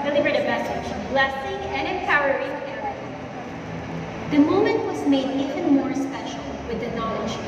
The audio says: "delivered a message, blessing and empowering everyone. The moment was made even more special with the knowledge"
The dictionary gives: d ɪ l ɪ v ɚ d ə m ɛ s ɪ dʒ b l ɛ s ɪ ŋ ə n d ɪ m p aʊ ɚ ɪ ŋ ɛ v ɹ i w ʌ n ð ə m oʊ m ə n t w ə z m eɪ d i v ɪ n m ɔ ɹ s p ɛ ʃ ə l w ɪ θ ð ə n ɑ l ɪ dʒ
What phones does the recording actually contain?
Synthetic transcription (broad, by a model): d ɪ l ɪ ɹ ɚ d ə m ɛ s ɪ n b l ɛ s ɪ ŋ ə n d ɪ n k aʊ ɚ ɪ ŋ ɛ ɹ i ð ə m oʊ m ə n t w ə z m eɪ d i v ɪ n m ɔ ɹ s p ɛ ʃ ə l w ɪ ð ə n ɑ l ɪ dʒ